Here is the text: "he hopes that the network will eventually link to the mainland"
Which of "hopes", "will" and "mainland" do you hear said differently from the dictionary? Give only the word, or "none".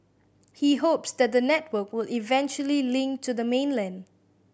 none